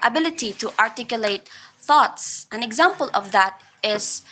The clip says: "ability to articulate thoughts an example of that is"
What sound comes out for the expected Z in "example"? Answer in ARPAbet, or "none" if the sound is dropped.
Z